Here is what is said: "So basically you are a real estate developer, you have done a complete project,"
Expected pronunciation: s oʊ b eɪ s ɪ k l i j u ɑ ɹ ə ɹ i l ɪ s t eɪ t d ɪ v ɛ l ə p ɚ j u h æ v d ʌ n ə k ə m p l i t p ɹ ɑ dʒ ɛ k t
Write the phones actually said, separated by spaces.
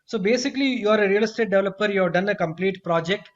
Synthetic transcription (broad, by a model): s oʊ b eɪ s ɪ k l i j u ɑ ɹ ə ɹ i l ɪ s t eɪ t d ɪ v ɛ l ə p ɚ j u h æ v d ʌ n ə k ə m p l i t p ɹ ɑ dʒ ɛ k t